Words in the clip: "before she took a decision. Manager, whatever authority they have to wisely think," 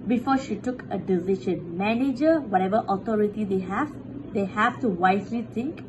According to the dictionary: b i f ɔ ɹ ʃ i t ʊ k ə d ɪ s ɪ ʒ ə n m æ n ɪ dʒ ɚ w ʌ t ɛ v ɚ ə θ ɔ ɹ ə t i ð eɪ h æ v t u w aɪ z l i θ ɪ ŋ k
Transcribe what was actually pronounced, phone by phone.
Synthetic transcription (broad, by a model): b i f ɔ ʃ i t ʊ k ə d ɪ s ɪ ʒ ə n m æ n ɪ dʒ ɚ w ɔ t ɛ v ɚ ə t ɔ ɹ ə t i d eɪ h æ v t u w aɪ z l i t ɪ ŋ k